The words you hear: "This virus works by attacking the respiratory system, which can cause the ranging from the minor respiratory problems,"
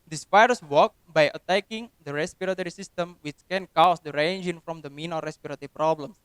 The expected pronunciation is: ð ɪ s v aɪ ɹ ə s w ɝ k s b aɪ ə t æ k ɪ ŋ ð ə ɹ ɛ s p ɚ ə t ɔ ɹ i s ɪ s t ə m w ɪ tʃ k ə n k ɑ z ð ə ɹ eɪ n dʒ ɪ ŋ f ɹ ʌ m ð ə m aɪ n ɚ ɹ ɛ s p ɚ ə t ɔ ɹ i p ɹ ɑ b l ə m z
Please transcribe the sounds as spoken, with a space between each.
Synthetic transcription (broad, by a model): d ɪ s p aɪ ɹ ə s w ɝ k b aɪ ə t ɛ k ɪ ŋ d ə ɹ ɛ s p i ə t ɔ ɹ i s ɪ s t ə m w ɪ tʃ k ə n k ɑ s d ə ɹ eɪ n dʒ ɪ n f ɹ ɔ m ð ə m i n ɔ ɹ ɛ s p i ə t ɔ ɹ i p ɹ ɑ b l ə m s